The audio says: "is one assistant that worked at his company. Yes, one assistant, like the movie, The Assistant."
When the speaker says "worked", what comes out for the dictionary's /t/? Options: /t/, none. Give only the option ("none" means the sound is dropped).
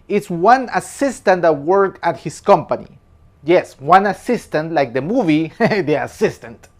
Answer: none